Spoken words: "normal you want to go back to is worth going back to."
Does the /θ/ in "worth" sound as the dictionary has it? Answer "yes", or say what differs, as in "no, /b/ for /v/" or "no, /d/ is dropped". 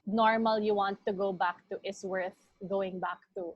yes